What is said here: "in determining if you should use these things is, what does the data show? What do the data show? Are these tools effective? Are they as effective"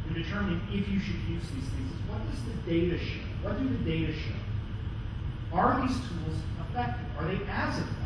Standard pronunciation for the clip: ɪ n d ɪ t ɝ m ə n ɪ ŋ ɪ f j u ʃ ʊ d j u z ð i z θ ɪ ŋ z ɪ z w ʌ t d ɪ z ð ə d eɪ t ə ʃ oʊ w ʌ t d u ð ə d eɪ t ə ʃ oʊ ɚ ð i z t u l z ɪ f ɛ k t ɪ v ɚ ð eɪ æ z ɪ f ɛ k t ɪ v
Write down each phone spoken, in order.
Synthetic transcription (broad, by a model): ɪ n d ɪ t ɝ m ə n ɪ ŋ ɪ f j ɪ ʃ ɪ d j u z ð i z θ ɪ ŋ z ɪ z w ʌ t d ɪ z ð ə d eɪ t ə ʃ oʊ w ʌ t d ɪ ð ə d eɪ t ə ʃ oʊ ɚ ð i z t u l z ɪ f ɛ k t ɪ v ɚ ð eɪ æ z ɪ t